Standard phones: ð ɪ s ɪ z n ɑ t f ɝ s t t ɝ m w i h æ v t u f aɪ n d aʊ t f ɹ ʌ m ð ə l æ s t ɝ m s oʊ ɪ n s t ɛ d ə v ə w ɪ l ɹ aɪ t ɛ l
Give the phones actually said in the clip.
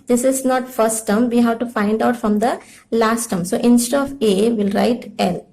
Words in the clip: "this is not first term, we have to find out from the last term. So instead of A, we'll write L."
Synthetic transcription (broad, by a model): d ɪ s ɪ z n ɑ t f ɝ s t t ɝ m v i h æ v t u f aɪ n d aʊ t f ɹ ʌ m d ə l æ s t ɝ m s oʊ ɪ n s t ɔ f ə v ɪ l ɹ aɪ t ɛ l